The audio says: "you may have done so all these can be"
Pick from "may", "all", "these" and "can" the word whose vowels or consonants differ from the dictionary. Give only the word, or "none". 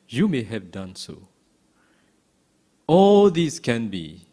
these